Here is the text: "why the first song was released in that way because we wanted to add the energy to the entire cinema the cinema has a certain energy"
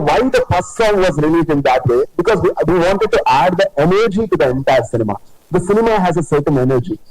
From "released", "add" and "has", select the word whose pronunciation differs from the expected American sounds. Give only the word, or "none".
released